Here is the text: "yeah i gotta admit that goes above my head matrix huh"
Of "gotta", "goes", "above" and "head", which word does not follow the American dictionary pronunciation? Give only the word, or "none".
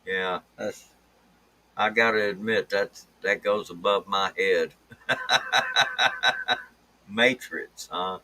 none